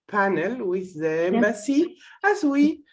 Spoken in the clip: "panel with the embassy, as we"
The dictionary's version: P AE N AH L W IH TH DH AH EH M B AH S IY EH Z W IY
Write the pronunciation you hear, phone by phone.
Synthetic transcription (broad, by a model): P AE N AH L W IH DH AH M AH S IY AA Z W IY